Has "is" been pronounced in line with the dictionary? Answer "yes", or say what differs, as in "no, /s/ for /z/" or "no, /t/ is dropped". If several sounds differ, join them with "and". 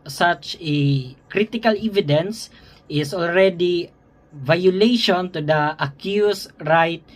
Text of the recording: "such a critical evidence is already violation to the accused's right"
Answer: no, /s/ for /z/